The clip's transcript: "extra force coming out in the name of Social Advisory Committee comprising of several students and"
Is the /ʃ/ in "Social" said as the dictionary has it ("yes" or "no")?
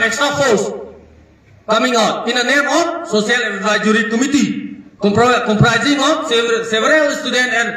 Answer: no